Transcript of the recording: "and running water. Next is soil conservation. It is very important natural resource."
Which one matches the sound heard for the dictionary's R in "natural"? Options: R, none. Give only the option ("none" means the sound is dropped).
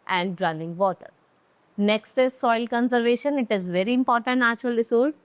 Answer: none